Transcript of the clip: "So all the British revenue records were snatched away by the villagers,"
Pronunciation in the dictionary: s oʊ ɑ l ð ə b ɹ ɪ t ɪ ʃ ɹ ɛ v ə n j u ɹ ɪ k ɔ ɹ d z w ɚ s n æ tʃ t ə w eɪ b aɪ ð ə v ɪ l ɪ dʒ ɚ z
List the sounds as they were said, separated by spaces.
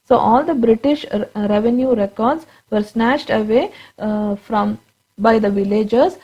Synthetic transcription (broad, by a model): s oʊ ɑ l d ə b ɹ ɪ t ɪ ʃ ɹ ɛ v ə n j u ɹ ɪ k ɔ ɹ d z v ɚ s n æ ʃ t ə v eɪ b aɪ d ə v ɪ l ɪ dʒ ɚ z